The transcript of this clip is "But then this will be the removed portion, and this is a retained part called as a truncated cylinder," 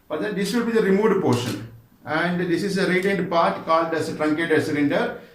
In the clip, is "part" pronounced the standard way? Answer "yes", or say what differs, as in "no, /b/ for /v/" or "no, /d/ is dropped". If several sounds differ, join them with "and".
yes